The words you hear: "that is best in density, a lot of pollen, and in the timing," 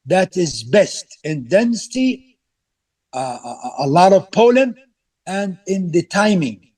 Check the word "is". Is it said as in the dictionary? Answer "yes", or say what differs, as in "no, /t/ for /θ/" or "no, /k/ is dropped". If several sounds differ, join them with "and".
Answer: yes